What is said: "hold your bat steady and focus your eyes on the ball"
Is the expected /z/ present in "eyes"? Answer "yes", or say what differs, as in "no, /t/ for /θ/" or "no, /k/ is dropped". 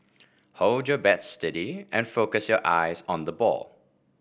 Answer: yes